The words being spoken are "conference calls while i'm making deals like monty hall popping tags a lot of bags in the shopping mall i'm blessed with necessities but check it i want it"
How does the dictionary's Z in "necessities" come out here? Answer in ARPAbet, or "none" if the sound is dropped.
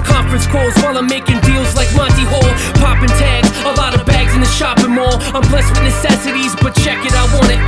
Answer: Z